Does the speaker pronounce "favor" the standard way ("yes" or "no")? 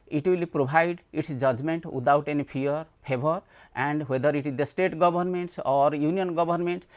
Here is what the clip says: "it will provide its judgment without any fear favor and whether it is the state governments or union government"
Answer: no